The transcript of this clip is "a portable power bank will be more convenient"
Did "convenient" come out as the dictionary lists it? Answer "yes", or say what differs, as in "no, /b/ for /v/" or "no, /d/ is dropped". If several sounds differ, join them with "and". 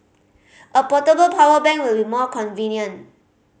no, /t/ is dropped